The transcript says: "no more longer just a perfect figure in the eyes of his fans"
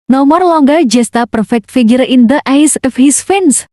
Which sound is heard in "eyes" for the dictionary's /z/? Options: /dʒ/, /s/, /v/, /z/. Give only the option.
/s/